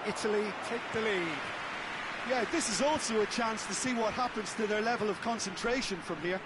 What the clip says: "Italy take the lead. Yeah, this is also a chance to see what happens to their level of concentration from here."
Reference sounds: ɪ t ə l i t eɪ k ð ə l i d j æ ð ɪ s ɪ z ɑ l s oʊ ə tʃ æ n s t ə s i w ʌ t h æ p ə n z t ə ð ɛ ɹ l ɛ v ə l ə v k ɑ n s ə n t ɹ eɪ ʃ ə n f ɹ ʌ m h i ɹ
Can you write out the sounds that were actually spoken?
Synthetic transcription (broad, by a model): ɪ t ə l i t eɪ k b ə l i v j æ ð ɪ s ɪ z ɑ l s oʊ ə tʃ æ n s t ə s i w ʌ t h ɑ p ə n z t ə ð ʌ ɹ l ɛ v ə l ə v k ɑ n s ə n t ɹ eɪ ʃ ə n f ɹ ʌ m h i ɹ